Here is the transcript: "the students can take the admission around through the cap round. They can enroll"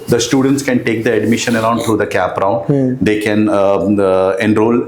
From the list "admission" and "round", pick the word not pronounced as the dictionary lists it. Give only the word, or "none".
none